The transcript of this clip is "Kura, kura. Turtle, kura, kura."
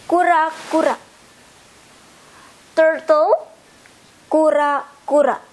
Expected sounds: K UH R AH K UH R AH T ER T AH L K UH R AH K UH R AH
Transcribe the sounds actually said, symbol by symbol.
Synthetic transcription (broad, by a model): K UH R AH K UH R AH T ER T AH W K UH R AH K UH R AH